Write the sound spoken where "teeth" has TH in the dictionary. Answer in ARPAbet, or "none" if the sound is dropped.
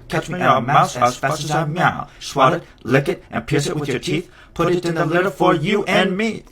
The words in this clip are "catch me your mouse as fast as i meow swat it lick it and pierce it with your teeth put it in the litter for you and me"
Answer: TH